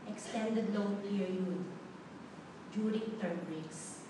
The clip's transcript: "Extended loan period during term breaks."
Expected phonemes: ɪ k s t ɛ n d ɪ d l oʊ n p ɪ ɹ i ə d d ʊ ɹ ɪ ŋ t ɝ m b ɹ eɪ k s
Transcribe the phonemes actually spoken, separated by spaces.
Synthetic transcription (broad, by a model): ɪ k s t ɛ n d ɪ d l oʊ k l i i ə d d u ɹ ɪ ŋ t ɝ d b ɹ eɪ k s